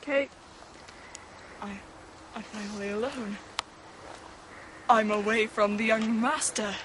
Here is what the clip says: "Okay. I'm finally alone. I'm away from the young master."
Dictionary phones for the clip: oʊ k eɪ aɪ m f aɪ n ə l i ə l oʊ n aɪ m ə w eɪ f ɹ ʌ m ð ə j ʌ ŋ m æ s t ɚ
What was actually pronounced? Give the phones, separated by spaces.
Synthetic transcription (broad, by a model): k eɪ aɪ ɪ f aɪ n ə l i ə l oʊ n aɪ m ə w eɪ f ɹ ʌ m ð ə j ʌ ŋ m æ s t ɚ